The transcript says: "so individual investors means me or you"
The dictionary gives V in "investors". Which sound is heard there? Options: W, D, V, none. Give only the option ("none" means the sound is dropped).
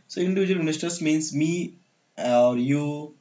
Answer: none